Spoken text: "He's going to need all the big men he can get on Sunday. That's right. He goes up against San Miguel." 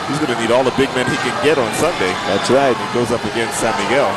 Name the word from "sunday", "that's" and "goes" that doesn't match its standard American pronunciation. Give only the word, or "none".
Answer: none